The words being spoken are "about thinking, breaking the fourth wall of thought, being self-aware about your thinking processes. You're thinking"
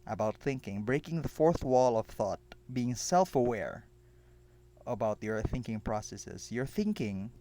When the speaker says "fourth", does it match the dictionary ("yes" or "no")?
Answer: yes